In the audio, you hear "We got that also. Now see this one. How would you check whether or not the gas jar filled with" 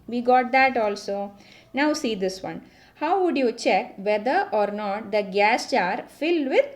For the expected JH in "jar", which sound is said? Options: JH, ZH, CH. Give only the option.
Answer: CH